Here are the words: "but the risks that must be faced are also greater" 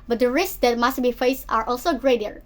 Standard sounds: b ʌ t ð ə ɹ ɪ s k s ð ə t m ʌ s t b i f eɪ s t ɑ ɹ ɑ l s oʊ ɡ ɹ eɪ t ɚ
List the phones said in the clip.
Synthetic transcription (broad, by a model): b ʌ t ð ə ɹ ɪ s k s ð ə t m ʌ s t b i f eɪ s t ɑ ɹ ɑ l s oʊ ɡ ɹ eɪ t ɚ